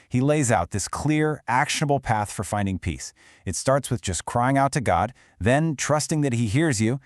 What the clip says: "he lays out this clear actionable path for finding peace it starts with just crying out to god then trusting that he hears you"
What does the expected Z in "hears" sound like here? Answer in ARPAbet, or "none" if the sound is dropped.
Z